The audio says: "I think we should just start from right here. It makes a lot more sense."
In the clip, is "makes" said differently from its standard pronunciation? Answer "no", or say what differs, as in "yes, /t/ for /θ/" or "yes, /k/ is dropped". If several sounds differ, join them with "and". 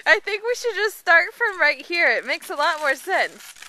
no